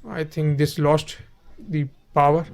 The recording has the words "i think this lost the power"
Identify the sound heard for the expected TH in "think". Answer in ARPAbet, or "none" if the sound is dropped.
T